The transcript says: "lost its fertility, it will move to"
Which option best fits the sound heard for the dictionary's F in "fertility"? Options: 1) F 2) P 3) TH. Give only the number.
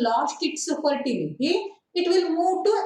2